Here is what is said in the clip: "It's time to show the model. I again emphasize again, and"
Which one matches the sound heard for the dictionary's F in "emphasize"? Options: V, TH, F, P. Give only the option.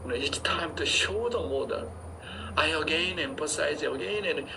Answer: P